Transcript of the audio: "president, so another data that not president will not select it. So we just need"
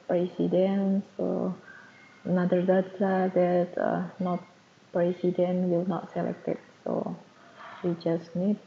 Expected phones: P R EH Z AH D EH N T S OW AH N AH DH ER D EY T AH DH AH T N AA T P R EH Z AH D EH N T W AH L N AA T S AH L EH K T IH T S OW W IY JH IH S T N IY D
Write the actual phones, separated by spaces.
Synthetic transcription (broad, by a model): P R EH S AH D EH N S OW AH N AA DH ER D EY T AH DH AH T N AA T P R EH S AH D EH N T W AH L N AA T S AH L EH K T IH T S OW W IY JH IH S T N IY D